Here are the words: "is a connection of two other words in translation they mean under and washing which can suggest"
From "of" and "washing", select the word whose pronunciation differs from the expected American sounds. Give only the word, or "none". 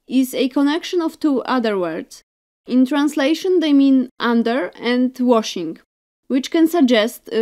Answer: of